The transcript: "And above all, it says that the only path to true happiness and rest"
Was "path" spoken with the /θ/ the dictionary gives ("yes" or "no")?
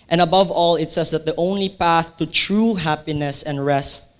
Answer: yes